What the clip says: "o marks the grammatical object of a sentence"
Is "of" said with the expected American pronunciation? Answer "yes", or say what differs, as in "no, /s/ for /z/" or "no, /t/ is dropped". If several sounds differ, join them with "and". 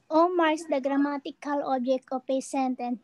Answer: no, /p/ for /v/